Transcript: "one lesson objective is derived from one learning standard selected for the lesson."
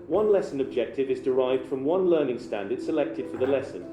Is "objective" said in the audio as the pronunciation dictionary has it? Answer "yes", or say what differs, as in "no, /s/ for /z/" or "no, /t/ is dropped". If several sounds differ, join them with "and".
yes